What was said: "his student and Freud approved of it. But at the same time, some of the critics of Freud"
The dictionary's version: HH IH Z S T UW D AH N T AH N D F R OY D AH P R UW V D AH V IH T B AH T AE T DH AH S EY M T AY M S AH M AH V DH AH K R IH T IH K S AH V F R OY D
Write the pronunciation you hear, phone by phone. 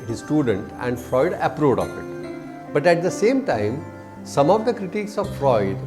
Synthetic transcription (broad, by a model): HH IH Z S T UW D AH N T AH N D F R OY D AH P R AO D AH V IH T B AH T AE T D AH S EY M T AY M S AH M AH V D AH K R IH T IH K S AH V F R OY D